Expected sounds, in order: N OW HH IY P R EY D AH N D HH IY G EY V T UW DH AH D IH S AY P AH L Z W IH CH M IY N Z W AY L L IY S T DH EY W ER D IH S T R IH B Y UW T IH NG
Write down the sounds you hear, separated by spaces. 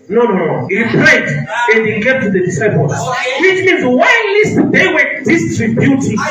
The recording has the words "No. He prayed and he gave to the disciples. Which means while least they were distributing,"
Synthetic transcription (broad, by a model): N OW HH IY P R EY D AH N D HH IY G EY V T UW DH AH D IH S AY P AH L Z W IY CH M IY N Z W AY N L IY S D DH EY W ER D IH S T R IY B Y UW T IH